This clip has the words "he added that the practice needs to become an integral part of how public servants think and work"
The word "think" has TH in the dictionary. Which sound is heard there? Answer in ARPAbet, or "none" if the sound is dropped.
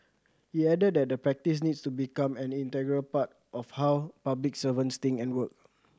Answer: T